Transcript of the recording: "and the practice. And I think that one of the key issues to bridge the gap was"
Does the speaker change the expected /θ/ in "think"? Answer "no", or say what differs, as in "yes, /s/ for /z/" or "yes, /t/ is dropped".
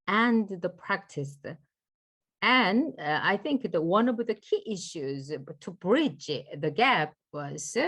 no